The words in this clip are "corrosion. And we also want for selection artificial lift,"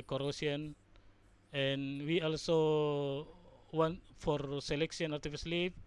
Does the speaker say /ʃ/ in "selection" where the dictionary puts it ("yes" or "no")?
no